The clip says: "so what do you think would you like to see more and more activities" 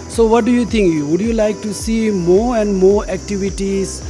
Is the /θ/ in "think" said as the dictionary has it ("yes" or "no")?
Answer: no